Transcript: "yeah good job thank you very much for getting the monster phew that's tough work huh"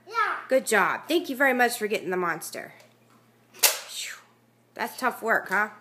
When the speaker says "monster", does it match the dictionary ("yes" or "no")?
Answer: yes